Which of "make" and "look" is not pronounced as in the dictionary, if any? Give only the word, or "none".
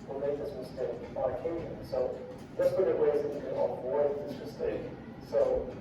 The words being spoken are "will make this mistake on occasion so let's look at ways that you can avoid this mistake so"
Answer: look